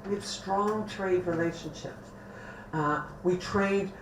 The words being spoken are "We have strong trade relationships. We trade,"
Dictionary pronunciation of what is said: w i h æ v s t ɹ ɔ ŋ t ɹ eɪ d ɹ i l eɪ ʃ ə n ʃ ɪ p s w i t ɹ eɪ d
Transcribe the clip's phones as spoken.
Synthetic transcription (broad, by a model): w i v s t ɹ ɔ ŋ t ɹ eɪ d ɹ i l eɪ ʃ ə n ʃ ɪ p w i t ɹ eɪ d